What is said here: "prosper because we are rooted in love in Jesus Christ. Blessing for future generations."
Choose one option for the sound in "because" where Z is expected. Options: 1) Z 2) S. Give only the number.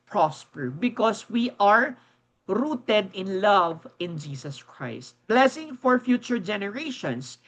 2